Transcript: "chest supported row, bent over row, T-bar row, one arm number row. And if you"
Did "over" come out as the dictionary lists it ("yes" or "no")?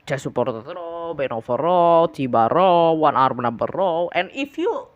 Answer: no